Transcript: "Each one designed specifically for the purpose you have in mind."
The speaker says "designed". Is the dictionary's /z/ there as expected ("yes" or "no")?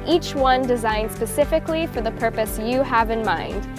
yes